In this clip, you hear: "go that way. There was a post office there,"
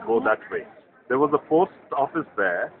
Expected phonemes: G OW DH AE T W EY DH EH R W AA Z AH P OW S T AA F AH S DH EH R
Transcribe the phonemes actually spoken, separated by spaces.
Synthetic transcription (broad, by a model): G OW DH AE T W EY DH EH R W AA Z AH F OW S T AA F AH S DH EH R